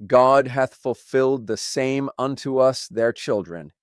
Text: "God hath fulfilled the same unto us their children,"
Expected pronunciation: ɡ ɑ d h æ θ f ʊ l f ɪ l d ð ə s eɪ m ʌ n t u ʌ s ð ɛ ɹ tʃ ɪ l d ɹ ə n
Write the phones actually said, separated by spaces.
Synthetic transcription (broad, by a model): ɡ ɑ d h æ θ f ʊ l f ɪ l d ð ə s eɪ m ʌ n t u ʌ s ð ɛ ɹ tʃ ɪ l d ɹ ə n